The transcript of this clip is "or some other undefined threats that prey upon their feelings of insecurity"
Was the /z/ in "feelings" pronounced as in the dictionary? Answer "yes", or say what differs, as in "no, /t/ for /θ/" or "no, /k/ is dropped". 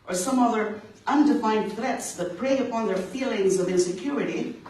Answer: yes